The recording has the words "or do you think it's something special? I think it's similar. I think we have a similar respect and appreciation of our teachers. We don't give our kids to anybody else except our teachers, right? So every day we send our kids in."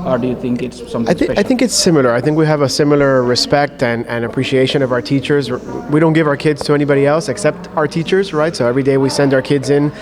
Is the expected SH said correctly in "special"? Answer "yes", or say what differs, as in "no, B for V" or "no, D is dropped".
no, SH is dropped